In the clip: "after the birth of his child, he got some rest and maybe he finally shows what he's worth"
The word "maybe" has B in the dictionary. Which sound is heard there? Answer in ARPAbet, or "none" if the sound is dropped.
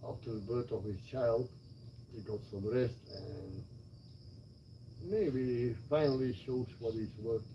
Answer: none